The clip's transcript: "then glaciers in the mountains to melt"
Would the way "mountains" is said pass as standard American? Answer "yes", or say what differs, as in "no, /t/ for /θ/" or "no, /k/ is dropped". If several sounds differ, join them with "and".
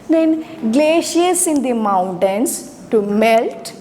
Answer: no, /s/ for /z/